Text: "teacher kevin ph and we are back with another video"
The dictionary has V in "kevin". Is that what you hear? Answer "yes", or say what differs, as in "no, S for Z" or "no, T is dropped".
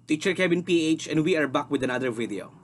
no, B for V